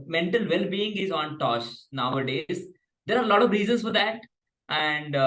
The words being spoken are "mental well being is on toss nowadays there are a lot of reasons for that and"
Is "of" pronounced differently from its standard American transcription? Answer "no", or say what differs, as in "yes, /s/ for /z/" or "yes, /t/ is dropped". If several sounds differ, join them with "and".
no